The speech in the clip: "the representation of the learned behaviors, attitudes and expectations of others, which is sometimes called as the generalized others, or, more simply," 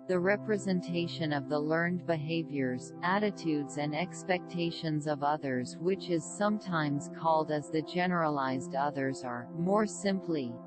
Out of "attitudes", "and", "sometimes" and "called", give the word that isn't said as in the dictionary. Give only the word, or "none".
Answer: none